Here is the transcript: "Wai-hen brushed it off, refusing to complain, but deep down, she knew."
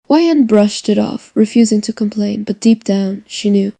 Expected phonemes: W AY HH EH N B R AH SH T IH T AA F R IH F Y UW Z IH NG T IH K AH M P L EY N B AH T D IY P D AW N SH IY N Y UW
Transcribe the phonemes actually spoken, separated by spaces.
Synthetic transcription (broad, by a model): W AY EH N B R AH SH T IH T AA F R IH F Y UW Z IH NG T IH K AH M P L EY N B AH T D IY P D AW N SH IY N Y UW